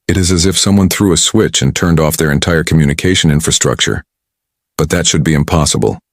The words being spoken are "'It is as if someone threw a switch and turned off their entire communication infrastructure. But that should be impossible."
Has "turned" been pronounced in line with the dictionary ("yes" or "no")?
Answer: yes